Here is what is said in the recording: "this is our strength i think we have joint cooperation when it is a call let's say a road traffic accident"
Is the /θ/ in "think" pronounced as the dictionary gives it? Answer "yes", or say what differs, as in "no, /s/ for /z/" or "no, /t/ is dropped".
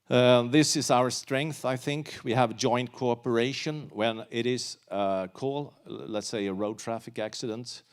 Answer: yes